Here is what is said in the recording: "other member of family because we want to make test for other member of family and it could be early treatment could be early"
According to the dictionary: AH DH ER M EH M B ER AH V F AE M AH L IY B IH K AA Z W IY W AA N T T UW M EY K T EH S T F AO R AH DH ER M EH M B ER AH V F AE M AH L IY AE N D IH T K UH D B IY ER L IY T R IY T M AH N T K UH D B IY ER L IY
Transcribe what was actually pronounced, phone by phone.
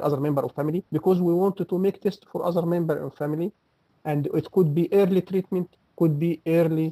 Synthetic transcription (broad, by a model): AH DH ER M EH M B ER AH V F AE M AH L IY B IH K AA Z W IY W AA N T T UW M EY K T EH S T F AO R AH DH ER M EH M B ER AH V F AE M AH L IY AE N D IH T K UH D B IY ER L IY T R IY T M AH N T K UH D B IY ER L IY